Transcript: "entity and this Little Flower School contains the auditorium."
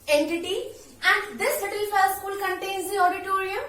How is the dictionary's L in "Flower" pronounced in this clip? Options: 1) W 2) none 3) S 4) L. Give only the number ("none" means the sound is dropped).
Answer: 2